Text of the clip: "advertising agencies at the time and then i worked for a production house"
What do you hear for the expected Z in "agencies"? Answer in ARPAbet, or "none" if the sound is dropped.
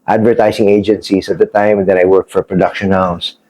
S